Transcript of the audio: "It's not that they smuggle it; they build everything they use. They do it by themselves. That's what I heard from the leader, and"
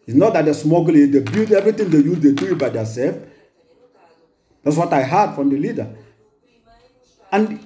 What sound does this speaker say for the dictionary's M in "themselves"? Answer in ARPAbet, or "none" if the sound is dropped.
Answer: none